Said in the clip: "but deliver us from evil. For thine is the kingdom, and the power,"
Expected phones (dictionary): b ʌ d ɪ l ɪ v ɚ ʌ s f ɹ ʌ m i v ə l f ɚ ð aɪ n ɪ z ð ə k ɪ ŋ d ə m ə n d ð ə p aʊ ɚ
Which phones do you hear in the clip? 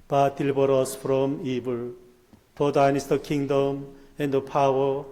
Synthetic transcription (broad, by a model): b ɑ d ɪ l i b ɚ ʌ s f ɹ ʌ m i b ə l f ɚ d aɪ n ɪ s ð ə k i ŋ d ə m ə n d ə p aʊ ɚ